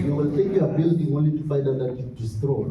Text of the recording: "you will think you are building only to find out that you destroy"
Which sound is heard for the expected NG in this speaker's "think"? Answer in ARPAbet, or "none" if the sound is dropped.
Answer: none